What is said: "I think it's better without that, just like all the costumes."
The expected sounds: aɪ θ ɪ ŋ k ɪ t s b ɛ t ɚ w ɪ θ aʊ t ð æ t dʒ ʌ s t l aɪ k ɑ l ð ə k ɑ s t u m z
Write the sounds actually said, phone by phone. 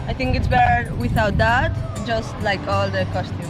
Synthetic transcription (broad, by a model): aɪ t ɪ ŋ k ɪ t s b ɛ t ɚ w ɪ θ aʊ t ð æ t dʒ ʌ s t l aɪ k ɑ l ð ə k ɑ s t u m